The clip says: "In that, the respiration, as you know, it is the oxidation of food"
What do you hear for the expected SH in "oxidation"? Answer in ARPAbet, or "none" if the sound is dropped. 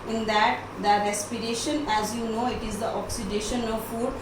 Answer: SH